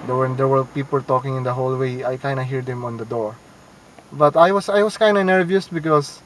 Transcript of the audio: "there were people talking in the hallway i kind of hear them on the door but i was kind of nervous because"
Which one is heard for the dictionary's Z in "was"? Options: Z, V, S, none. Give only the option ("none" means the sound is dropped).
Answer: S